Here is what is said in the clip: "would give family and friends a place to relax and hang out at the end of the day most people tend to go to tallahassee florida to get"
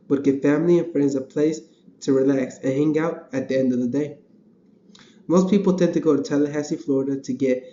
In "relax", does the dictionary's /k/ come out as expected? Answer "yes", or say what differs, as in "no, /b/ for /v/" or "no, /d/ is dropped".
yes